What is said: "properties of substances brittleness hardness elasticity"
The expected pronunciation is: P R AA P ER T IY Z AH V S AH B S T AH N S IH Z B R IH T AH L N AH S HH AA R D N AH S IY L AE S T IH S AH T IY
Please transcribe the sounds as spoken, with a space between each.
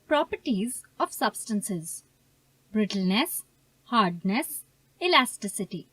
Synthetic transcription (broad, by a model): P R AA P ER T IY Z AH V S AH B S T AH N S IH Z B R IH T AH L N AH S HH AA R D N AH S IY L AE S T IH S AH T IY